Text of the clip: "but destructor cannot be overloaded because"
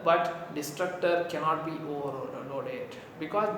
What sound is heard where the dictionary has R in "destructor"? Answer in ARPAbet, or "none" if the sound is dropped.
R